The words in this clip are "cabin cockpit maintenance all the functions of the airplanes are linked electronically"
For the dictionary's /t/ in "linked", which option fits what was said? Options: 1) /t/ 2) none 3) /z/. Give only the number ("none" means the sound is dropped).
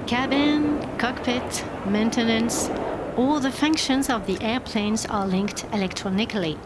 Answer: 1